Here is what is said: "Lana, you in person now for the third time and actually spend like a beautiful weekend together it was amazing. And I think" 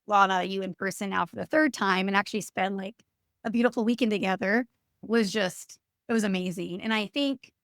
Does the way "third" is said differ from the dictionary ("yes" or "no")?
no